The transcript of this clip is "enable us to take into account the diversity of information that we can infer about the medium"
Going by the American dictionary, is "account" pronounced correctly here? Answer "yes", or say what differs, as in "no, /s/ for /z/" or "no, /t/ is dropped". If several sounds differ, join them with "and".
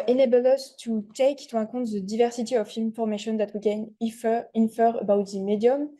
no, /n/ is dropped